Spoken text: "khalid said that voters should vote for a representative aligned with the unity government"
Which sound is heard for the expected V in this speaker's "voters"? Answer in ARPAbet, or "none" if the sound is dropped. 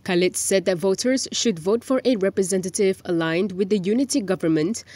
V